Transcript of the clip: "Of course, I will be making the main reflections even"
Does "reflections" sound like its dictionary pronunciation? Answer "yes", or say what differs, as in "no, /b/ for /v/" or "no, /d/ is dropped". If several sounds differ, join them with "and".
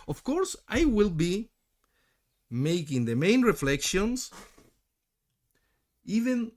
no, /s/ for /z/